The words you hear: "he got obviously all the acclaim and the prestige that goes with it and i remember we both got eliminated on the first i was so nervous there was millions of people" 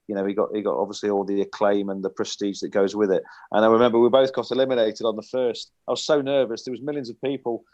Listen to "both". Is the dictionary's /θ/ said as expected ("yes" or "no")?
yes